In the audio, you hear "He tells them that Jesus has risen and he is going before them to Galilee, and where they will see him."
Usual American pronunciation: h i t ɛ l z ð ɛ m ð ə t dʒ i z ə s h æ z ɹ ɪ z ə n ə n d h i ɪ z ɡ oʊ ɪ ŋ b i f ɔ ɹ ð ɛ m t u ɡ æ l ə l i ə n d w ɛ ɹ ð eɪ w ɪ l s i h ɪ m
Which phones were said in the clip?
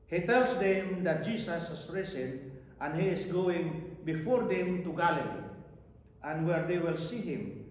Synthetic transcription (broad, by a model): h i t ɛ l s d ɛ m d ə t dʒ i s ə s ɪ s ɹ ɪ s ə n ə n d h i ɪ s ɡ oʊ ɪ ŋ b i f ɔ ɹ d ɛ m t u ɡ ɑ l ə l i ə n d w ɛ ɹ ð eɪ w ɪ l s i h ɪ m